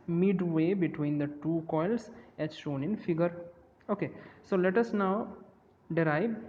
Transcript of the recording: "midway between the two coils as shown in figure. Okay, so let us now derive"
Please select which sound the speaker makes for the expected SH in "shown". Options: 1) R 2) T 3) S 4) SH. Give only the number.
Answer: 4